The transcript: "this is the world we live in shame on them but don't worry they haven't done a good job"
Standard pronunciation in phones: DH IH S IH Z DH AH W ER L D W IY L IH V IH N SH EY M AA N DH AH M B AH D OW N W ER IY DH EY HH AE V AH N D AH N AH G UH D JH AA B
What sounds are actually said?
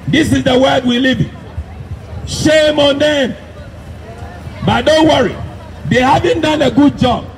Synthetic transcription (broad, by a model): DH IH S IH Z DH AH W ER D W IY L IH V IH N SH EY M AA N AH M B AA D OW N W ER IY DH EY HH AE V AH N D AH N AH G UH D JH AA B